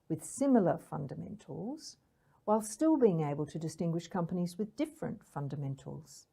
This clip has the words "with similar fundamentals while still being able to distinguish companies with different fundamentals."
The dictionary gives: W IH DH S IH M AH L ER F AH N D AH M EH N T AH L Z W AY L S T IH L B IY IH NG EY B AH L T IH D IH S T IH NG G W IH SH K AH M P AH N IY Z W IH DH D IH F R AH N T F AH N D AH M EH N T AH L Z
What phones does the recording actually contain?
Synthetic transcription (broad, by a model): W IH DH S IH M L ER F AH N D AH M EH N T L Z W AY L S T IH L B IY IH NG EY B AH L T IH D IH S T IH NG G W IH SH K AH M P AH N IY Z W IH DH D IH F R AH N T F AH N D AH M EH N T L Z